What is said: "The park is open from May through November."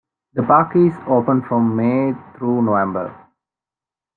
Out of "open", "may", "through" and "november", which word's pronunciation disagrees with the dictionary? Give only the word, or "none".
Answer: through